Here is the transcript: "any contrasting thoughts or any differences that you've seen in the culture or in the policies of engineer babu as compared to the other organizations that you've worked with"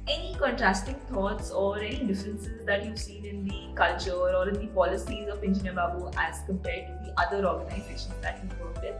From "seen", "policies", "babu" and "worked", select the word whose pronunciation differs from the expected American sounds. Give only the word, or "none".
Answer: worked